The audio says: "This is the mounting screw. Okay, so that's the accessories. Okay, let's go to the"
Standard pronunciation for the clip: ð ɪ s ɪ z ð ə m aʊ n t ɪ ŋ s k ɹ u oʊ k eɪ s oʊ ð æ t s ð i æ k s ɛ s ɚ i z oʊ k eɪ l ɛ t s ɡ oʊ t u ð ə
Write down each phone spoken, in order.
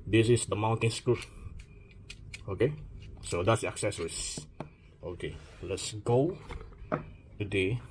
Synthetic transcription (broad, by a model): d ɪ s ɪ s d ə m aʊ n t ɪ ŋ s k u oʊ k eɪ s oʊ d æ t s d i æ k s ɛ s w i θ oʊ k eɪ l ɛ t s ɡ oʊ t u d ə